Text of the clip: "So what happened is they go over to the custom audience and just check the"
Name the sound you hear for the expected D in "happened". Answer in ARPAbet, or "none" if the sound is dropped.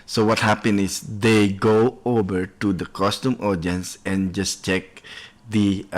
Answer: none